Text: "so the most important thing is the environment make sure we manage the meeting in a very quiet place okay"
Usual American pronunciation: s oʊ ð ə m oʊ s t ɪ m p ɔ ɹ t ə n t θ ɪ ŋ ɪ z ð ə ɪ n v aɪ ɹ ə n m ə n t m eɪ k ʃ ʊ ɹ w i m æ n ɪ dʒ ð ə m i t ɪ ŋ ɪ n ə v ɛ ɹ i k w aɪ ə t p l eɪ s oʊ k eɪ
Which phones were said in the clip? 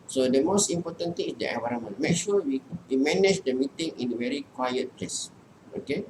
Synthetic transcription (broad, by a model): s oʊ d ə m oʊ s t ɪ m p ɔ t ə n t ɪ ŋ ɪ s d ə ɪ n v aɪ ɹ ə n m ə n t m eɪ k ʃ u w w i m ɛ n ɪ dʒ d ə m i t ɪ ŋ ɪ n ə v ɛ ɹ i k w aɪ ə t p l eɪ s oʊ k eɪ